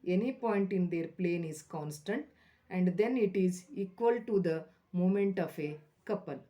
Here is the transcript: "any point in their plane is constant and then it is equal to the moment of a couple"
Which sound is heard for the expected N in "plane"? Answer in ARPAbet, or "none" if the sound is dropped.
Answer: N